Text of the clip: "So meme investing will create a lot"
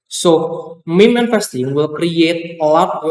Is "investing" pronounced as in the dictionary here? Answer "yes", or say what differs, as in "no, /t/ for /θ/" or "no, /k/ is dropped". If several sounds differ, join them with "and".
no, /f/ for /v/